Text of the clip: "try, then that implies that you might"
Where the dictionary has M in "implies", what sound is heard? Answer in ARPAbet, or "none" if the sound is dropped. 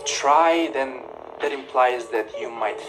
M